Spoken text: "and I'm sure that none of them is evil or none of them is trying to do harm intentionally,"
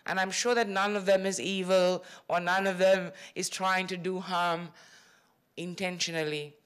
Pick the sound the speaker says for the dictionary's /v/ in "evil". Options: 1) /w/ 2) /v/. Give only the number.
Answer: 2